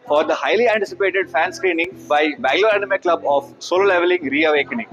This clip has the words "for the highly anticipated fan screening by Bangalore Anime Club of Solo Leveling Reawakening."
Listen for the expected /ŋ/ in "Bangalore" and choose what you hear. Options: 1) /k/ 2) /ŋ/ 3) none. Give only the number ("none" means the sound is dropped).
3